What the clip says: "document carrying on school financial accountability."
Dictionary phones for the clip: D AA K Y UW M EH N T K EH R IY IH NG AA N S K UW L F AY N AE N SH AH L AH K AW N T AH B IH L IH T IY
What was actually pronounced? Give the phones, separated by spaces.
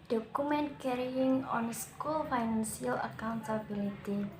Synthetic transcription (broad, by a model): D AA K UW M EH N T K EH R IY IH NG AA N S K UW L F AY N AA N S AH L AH K AW N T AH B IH L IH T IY